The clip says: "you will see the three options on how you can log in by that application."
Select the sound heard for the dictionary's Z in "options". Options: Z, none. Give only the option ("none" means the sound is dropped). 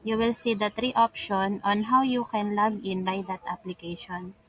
none